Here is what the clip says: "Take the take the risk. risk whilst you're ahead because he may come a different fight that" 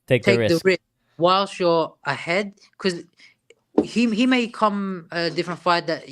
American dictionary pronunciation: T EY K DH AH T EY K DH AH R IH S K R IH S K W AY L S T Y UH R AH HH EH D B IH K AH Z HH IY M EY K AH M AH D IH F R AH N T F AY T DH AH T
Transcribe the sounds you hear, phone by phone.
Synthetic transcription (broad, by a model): T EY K T EY K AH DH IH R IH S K W AY L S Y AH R AH HH EH D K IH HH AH HH IY M EY K AH M AH D IH F R AH N T F AY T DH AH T